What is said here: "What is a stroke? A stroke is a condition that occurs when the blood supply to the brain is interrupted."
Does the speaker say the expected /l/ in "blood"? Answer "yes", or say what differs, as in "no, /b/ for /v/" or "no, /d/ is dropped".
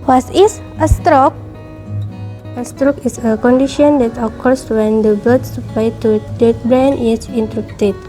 no, /l/ is dropped